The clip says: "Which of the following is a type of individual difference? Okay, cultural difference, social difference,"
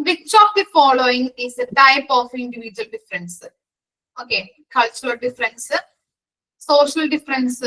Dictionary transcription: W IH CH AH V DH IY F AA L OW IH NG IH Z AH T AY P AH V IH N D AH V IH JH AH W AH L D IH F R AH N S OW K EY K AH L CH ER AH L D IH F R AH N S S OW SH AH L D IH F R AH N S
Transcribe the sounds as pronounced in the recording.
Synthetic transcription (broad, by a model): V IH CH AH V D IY F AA L OW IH NG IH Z AH T AY P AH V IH N D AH V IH JH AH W AH L D IH F R AH N S OW K EY K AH L CH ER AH L D IH F R AH N S S OW SH AH L D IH F R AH N S